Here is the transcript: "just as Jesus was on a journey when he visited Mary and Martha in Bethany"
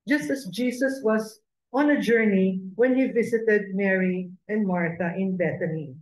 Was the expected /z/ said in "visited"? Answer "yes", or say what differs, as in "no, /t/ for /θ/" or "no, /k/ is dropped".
no, /s/ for /z/